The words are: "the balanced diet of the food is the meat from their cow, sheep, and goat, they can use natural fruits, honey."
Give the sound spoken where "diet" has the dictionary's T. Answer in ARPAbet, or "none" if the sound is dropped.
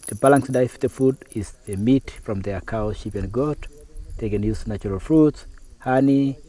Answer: none